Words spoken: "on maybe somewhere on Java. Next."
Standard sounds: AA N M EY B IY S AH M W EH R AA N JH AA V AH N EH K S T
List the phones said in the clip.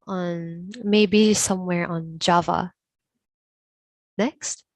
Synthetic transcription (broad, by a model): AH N M EY B IY S AH M W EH R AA N JH AA V AH N EH K S T